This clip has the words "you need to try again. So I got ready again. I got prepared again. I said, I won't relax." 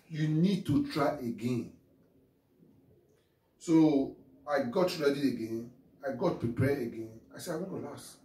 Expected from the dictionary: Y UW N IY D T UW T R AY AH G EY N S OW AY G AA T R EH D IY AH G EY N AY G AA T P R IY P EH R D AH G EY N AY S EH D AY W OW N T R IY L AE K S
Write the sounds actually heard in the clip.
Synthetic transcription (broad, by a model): Y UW N IY D T UW T R AY AH G EY N S OW AY G AA T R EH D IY AH G EY N AY G AA T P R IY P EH AH G EY N AY S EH AY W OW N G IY L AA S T